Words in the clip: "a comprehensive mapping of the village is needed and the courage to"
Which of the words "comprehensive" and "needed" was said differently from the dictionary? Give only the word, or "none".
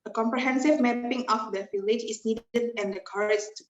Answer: none